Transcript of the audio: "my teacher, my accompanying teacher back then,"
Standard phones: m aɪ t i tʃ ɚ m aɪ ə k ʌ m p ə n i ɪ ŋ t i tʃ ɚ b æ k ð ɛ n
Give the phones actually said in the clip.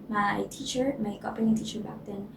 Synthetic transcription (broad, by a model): m aɪ t i tʃ ɚ m aɪ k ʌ p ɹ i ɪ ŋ t i tʃ ɚ b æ k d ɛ n